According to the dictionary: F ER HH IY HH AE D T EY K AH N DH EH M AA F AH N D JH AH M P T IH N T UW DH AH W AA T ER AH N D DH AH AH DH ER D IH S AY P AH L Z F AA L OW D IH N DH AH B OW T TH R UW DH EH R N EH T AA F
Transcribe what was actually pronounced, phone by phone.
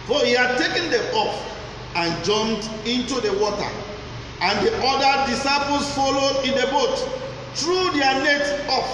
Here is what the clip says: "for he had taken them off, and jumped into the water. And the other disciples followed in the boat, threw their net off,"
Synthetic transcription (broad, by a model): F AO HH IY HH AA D T EY K AH N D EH M AA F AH N JH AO M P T IH N T UW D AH W AA T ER AH N D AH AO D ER D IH S AY P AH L S F AA L OW D IH N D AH B OW T T R UW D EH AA N EH T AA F